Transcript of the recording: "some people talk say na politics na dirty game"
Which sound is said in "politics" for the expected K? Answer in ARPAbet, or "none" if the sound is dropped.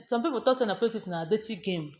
none